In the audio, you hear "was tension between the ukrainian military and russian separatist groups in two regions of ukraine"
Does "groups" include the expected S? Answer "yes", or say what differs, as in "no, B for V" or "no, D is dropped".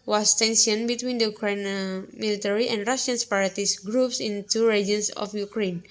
yes